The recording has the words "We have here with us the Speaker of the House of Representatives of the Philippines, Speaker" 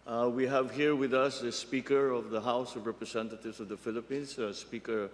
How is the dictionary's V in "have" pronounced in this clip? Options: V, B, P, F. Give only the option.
V